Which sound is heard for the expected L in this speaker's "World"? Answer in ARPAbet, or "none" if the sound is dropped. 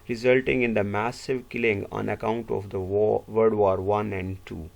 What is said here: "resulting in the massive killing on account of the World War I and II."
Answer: none